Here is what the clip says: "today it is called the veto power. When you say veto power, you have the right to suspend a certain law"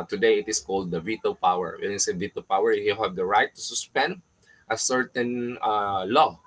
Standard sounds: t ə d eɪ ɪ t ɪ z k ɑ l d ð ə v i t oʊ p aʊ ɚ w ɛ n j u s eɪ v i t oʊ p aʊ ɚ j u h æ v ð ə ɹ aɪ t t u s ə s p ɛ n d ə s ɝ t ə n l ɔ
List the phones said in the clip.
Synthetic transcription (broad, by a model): t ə d eɪ ɪ t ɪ s k ɑ l d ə v i t oʊ p aʊ ɚ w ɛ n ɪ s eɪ v i t oʊ p aʊ ɚ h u h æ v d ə ɹ aɪ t t u s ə s p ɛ n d ə s ɝ t ə n l ɔ